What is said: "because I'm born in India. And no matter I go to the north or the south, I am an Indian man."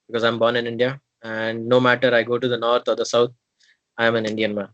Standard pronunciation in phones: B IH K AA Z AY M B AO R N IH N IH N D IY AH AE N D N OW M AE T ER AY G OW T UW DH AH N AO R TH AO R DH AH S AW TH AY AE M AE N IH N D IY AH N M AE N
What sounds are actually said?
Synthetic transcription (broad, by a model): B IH K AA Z AY M B AO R N IH N IH N D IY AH AE N D N OW M AE T ER AY G OW T UW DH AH N AO R T AO R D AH S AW T AY M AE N IH N D IY AH N M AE N